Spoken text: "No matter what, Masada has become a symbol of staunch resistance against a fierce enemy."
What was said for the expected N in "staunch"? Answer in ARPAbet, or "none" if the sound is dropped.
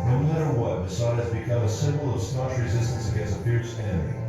none